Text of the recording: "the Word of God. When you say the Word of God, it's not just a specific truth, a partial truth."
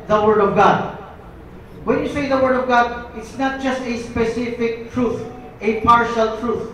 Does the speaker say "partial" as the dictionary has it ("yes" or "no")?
yes